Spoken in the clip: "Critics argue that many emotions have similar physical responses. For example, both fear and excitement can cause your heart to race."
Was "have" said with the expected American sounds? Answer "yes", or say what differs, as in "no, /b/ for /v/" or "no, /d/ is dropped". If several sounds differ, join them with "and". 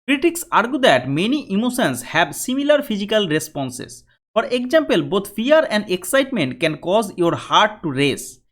no, /b/ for /v/